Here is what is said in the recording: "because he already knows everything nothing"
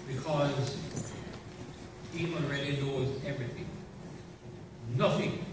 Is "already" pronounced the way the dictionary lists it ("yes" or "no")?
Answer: no